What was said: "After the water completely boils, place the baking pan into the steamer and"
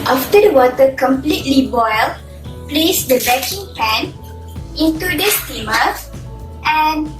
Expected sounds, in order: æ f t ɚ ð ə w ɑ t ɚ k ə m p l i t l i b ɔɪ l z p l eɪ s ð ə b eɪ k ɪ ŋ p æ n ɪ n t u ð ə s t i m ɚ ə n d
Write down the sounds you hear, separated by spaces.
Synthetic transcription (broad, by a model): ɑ f t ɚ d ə w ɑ t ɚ k ə m p l i t l i b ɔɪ l p l eɪ s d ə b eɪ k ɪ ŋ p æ n ɪ n t u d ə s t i m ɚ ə n